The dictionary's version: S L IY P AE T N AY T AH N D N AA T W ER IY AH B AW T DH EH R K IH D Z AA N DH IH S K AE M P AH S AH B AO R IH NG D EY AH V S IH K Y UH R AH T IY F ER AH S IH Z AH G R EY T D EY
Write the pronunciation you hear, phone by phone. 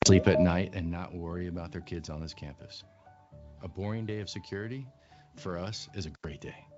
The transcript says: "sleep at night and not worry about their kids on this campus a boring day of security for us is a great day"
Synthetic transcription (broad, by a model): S L IY P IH T N AY T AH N N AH T W ER IY AH B AW T DH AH R K IH D Z N DH IH S K AE M P AH S AH B AO R IH NG D EY AH V S IH K Y UH R AH T IY F ER AH S IH Z AH G R EY T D EY